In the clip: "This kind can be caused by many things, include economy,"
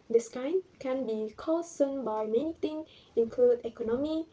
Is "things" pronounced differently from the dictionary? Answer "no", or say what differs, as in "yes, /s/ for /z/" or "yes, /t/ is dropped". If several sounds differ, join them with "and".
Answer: yes, /z/ is dropped